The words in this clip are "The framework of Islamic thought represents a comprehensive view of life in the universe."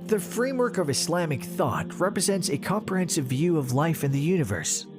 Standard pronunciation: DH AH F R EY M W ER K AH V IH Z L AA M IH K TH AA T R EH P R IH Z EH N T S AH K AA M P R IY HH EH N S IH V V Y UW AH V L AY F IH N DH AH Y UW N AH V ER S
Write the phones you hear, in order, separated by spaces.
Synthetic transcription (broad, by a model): DH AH F R EY M W ER K AH V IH S L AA M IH K TH AA T R EH P R IH Z EH N T S AH K AA M P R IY HH EH N S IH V V Y UW AH V L AY F IH N DH AH Y UW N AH V ER S